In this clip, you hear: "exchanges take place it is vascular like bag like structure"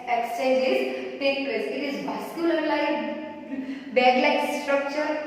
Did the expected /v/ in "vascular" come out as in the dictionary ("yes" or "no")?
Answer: no